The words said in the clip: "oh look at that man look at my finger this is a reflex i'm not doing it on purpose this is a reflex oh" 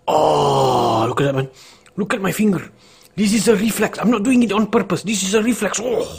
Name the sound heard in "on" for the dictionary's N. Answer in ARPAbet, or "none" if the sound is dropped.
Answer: N